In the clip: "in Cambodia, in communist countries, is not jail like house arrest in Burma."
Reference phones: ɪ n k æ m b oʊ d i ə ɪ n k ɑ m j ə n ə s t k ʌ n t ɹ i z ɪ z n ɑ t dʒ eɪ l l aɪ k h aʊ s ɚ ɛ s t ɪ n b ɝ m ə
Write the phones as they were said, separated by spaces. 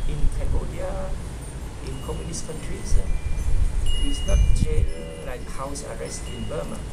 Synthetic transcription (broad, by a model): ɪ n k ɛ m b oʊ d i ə ɪ n k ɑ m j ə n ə s k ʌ n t ɹ i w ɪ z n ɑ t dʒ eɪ n l aɪ k h aʊ s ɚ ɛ s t ɪ n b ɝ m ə